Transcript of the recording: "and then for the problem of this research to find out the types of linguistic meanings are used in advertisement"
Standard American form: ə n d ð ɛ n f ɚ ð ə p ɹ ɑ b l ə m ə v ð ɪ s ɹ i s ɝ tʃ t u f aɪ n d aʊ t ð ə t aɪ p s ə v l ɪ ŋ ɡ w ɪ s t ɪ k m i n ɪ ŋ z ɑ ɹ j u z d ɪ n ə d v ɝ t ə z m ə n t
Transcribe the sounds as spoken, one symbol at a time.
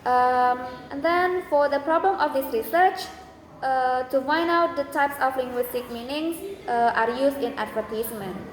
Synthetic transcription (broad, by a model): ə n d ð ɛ n f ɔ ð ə p ɹ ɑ b l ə m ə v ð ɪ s ɹ i s ɝ tʃ t u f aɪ n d aʊ t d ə t aɪ p s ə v l ɪ ŋ ɡ w ɪ s t ɪ k m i n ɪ ŋ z ɑ ɹ j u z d ɪ n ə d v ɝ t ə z m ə n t